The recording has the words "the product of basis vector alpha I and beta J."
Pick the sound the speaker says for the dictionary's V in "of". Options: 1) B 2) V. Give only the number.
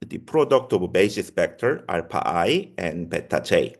1